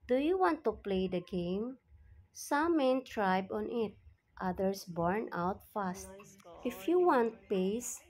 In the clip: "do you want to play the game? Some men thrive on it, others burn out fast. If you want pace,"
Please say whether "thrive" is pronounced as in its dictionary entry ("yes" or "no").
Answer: no